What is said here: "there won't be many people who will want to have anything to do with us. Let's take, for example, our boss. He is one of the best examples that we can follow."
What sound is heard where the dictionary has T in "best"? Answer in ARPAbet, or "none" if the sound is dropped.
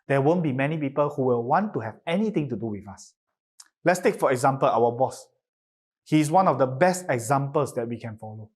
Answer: T